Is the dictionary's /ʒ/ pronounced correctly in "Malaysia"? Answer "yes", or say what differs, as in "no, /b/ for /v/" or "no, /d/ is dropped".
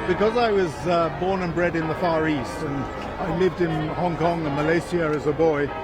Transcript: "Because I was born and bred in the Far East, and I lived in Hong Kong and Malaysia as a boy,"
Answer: no, /s/ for /ʒ/